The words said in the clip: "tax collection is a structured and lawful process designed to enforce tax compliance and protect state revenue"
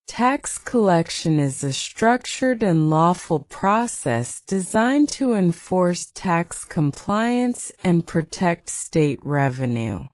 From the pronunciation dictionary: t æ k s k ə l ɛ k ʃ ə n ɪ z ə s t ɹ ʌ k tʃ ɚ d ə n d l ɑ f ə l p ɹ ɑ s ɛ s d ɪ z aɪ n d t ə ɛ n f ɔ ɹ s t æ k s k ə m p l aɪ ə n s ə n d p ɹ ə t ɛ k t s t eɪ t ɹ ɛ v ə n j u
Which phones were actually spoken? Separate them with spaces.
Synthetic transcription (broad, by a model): t æ k s k ə l ɛ k ʃ ə n ɪ z ə s t ɹ ʌ k tʃ ɚ d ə n l ɑ f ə l p ɹ ɑ s ɛ s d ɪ z aɪ n t ə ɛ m f ɔ ɹ s t æ k s k ə m p l aɪ ə n s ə n p ɹ ə t ɛ k t s t eɪ t ɹ ɛ v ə n j u